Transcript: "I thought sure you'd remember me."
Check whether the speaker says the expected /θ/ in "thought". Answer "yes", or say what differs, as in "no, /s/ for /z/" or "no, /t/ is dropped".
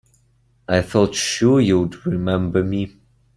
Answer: no, /f/ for /θ/